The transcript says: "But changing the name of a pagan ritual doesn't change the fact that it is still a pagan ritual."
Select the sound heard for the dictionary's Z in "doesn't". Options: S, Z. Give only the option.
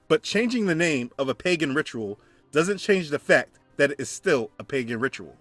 Z